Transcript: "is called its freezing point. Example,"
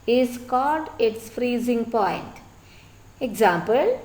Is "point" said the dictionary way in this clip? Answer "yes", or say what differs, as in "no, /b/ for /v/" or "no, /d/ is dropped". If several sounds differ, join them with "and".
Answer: yes